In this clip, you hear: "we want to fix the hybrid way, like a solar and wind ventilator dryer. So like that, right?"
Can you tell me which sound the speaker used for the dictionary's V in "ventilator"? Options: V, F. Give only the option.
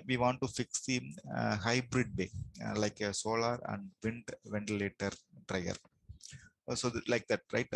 V